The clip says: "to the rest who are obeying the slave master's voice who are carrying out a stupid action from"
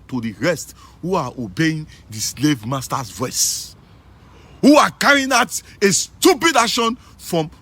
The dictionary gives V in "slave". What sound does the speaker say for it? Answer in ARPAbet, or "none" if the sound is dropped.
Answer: V